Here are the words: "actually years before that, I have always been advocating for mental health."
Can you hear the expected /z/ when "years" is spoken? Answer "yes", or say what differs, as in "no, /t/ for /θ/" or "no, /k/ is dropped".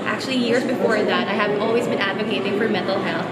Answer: yes